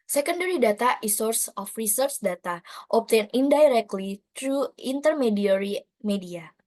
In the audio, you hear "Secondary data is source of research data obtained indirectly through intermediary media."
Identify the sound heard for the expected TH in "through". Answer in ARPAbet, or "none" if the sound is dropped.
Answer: T